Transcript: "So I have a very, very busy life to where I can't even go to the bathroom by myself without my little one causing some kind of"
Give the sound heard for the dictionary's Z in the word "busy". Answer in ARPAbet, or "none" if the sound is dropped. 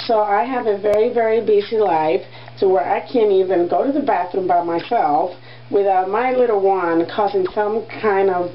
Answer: S